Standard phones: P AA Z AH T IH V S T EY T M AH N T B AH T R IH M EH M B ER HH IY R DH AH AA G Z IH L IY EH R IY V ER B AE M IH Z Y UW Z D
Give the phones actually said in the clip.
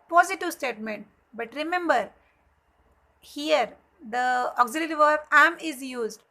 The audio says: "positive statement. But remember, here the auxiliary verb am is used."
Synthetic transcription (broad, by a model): P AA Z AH T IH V S T EY T M AH N T B AH T R IH M EH M B ER HH IY R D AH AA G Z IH L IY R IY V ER AE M IH Z Y UW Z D